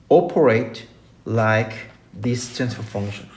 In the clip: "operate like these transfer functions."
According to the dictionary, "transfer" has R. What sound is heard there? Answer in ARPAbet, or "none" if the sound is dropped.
none